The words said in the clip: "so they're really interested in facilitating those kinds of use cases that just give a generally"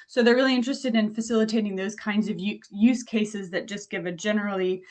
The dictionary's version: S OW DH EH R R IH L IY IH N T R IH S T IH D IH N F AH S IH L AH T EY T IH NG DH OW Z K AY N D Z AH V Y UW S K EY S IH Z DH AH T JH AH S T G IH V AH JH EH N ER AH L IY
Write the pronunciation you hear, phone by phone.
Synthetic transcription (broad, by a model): S OW DH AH R R IH L IY IH N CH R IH S T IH D IH N F AH S IH L AH T EY T IH NG DH OW Z K AY N D Z AH V Y UW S K EY S IH Z DH AH T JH AH S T G IH V AH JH EH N ER L IY